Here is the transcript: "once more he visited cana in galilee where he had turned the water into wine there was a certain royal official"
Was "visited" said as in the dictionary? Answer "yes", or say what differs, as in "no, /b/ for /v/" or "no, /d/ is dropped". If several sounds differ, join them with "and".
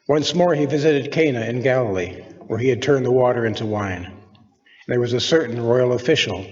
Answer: yes